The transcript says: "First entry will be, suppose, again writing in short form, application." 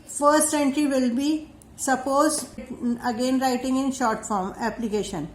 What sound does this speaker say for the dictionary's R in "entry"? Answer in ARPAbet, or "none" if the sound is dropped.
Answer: R